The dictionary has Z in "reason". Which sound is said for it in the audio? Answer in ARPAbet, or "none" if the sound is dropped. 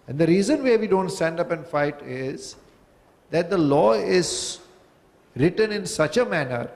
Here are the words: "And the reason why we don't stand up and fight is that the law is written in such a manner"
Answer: Z